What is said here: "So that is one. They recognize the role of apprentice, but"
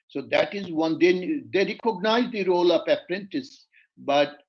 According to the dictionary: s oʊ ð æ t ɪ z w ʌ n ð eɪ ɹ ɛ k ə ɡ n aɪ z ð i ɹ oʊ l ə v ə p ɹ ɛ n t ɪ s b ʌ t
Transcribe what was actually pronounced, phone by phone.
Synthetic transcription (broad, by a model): s oʊ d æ t ɪ z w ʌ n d eɪ ɹ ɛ k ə ɡ n aɪ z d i ɹ oʊ l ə p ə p ɹ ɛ n t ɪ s b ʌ t